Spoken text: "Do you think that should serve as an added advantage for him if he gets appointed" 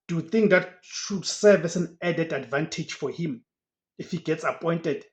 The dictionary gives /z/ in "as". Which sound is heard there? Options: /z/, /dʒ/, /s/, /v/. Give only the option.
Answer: /s/